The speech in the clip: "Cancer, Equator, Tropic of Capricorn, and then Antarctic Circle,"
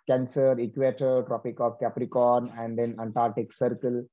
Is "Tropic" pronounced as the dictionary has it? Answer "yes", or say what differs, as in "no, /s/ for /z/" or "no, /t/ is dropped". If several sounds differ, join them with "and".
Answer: yes